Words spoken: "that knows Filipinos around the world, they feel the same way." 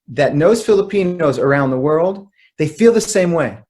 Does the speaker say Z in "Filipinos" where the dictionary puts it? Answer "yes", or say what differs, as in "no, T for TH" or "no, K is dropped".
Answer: yes